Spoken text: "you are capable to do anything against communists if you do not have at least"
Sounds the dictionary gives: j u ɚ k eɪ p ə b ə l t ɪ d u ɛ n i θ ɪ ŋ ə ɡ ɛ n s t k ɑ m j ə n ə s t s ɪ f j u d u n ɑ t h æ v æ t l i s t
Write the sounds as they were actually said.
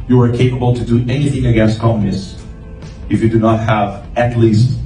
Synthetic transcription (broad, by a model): j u ɚ k eɪ p ə b ə l t ɪ d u ɛ n i θ ɪ ŋ ə ɡ ɛ n s t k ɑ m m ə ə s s ɪ f j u d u n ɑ t h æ v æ t l i s t